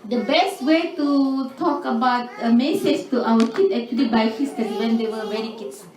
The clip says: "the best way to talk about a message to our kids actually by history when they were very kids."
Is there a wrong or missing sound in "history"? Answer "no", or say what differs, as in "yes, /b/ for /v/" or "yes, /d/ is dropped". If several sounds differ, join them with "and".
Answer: yes, /ɹ/ is dropped